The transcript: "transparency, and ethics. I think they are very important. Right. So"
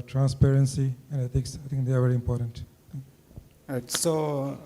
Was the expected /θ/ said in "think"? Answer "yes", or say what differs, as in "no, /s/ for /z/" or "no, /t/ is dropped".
no, /t/ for /θ/